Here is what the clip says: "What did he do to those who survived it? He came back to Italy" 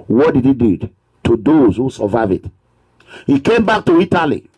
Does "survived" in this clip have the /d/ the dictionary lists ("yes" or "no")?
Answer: no